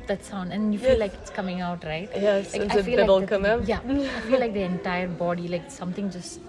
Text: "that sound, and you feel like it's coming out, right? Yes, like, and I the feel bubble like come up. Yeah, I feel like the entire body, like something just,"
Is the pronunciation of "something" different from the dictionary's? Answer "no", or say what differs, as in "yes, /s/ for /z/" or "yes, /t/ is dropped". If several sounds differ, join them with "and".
yes, /t/ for /θ/